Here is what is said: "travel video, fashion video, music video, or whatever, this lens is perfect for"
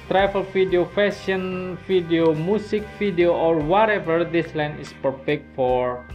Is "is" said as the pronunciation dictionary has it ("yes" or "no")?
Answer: no